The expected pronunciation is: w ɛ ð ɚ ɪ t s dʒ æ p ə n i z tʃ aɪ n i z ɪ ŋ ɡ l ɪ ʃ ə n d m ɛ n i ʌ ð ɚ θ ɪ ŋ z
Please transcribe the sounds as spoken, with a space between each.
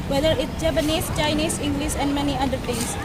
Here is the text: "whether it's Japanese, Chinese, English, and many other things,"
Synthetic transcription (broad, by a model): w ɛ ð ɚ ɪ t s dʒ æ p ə n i s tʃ aɪ n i s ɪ ŋ ɡ l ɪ s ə n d m ɛ n i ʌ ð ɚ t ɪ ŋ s